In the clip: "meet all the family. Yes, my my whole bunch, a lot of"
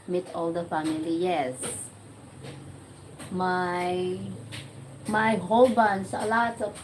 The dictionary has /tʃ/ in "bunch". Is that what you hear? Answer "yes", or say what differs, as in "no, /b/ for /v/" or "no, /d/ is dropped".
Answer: no, /s/ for /tʃ/